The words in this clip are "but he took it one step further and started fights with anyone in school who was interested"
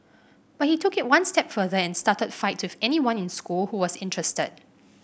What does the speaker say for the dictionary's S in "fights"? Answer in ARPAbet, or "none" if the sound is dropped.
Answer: none